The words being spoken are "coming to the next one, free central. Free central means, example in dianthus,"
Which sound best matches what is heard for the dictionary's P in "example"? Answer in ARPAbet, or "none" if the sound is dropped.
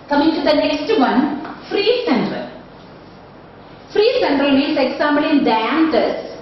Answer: B